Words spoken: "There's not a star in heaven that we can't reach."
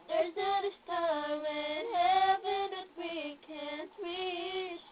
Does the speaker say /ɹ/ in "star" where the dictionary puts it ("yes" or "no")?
no